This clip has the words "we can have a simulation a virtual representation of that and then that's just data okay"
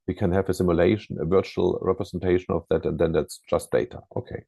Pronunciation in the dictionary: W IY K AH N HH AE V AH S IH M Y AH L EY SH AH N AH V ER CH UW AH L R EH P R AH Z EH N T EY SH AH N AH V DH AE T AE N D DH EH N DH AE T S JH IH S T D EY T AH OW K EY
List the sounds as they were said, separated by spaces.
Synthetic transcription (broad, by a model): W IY K AH N HH AE V AH S IH M Y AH L EY SH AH N AH V ER CH UW AH L R EH P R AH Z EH N T EY SH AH N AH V DH AE T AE N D DH EH N DH AE T S JH IH S T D EY T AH OW K EY